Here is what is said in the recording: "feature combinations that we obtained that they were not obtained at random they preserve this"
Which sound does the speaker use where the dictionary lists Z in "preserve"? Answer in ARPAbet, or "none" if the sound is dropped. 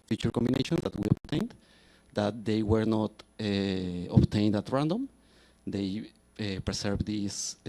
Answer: S